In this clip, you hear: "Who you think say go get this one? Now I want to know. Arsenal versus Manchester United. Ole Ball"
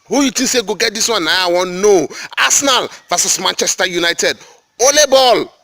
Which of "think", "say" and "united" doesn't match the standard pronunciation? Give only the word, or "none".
think